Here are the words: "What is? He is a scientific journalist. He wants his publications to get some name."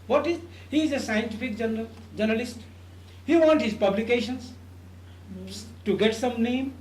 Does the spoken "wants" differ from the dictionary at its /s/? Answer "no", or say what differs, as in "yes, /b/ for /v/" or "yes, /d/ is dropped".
yes, /s/ is dropped